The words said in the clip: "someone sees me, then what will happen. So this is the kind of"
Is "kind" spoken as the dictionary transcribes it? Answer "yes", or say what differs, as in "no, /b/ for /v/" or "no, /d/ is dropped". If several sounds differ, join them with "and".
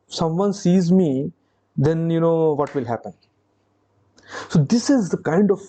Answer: yes